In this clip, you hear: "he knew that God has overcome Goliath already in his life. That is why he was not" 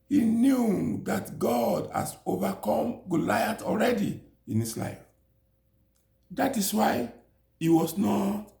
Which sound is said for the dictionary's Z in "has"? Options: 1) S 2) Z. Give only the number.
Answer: 1